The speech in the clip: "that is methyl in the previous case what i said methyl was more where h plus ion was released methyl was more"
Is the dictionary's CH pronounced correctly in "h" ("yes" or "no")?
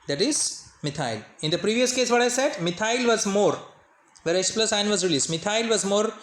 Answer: no